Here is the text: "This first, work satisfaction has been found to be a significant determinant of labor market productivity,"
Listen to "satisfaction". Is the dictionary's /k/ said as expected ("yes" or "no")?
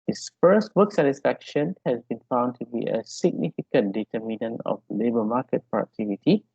yes